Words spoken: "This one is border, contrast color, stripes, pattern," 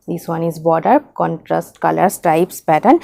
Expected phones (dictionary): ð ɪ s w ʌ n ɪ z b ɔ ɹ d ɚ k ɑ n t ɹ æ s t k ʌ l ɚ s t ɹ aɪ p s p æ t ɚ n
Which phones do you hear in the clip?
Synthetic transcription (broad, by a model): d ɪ s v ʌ n ɪ z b ɔ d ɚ k ɑ n t ɹ æ s t k ʌ l ɚ s t ɹ aɪ p s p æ t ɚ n